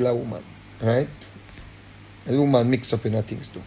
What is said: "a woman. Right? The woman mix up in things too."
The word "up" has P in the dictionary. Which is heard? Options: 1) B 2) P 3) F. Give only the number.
2